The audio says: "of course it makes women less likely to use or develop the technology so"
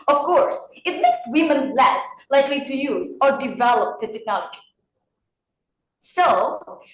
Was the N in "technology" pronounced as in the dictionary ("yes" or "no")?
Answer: no